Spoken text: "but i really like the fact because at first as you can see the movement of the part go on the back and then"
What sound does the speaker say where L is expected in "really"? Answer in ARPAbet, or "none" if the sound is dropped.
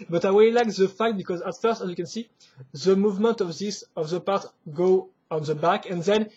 W